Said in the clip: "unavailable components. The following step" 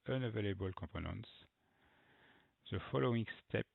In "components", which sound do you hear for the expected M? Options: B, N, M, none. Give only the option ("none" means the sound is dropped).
none